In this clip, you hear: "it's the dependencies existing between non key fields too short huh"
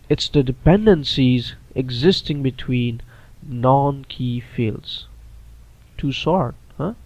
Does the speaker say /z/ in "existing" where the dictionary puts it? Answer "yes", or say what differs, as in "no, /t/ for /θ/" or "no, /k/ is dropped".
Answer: yes